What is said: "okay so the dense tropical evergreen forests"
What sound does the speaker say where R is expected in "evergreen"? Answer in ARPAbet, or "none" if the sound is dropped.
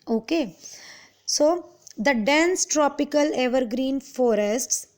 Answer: R